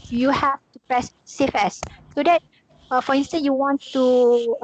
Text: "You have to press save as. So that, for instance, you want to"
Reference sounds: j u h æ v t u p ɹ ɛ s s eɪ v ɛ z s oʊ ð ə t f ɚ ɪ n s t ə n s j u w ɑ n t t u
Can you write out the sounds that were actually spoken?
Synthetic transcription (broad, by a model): j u h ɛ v t u p ɹ ɛ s s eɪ f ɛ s s oʊ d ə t f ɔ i n s t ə n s j u w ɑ n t t u